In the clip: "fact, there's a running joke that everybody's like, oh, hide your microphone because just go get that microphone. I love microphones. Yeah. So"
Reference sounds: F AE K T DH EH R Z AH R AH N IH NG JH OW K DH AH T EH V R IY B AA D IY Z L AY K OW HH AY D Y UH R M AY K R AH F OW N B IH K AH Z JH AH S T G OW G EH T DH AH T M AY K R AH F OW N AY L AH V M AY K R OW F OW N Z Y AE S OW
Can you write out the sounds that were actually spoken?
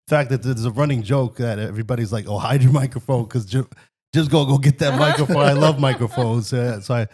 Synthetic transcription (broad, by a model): F AE K T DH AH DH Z AH R AH N IH NG JH OW K DH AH T EH V R IY B AA D IY Z L AY K OW HH AY D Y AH R M AY K R AH F OW N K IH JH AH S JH AH S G G OW G EH T DH AH T M AY K R AH F OW N AY L AH V M AY K R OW F OW N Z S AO S OW